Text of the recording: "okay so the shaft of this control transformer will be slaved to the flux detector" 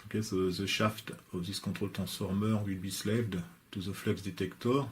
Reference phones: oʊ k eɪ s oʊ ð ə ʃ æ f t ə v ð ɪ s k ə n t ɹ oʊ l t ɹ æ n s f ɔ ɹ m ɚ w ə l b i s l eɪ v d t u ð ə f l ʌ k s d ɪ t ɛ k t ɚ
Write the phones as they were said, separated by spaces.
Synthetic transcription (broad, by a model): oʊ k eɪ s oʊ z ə ʃ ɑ f t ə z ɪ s k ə t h oʊ l t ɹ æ s f ɔ ɹ m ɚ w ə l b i s l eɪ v d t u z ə f l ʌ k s d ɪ t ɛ k t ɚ